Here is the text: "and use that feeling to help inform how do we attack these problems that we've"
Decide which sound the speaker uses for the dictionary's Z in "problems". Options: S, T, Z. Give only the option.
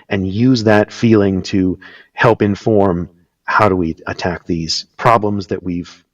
Z